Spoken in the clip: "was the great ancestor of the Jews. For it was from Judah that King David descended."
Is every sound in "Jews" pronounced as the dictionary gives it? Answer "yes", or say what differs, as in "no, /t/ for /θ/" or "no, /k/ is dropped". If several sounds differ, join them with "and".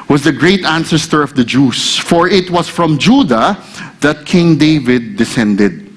no, /s/ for /z/